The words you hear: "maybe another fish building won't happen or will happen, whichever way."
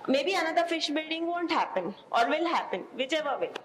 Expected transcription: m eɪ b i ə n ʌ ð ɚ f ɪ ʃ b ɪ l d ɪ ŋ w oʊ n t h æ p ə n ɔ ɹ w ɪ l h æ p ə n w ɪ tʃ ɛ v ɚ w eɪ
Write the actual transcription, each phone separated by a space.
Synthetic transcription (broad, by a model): m eɪ b i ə n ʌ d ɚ f ɪ ʃ b ɪ l d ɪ ŋ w oʊ n t h æ p ə n ɔ ɹ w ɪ l h æ p ə n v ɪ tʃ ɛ v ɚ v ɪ